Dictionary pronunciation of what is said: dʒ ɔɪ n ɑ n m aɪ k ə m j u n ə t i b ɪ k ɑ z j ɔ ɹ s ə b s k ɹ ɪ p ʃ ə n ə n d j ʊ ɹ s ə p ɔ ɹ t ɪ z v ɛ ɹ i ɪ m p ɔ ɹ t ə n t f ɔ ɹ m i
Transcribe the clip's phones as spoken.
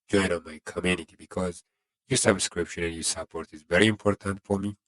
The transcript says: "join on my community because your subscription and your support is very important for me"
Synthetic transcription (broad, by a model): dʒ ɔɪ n ɑ n m aɪ k ə m j u n ə t i b ɪ k ɑ z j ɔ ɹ s ə b s k ɹ ɪ p ʃ ə n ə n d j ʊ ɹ s ə p ɔ ɹ t ɪ z v ɛ ɹ i ɪ m p ɔ ɹ t ə n t f ɔ ɹ m i